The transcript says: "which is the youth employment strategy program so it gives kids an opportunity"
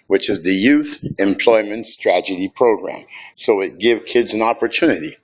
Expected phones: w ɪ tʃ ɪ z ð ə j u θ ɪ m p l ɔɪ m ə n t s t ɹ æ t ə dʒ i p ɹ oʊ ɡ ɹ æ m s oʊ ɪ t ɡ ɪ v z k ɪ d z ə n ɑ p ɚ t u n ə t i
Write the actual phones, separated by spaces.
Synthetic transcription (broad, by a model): w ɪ tʃ ɪ z ð ə j u θ ɪ m p l ɔɪ m ə n t s t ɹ æ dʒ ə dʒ i p ɹ oʊ ɡ ɹ æ m s oʊ ɪ t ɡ ɪ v k ɪ d z ə n ɑ p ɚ t u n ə t i